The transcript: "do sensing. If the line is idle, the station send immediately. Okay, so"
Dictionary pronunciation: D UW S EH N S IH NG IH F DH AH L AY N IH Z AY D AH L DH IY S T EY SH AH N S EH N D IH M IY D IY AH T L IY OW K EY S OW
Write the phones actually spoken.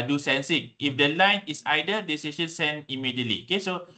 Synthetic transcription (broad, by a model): D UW S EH N S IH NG IH F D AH L AY N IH S AY D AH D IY S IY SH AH N S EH N IH M IY D IY AH T L IY OW K EY S OW